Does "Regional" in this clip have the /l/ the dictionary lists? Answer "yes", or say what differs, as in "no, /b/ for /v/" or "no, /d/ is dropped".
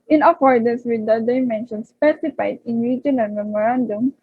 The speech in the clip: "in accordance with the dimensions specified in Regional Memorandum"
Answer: no, /n/ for /l/